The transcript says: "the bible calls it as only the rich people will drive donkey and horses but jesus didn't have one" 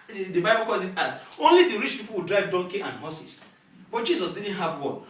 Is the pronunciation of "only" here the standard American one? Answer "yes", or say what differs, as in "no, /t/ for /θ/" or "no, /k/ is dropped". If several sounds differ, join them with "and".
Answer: yes